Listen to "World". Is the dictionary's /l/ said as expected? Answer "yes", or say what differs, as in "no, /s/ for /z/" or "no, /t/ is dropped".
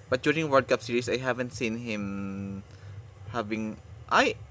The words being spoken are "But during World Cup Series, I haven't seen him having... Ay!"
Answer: no, /l/ is dropped